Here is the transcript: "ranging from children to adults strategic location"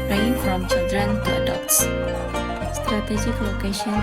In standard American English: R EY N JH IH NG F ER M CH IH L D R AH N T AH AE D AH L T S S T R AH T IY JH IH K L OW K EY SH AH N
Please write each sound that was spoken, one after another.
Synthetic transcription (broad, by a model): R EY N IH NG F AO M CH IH D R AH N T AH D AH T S S T R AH T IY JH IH K L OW K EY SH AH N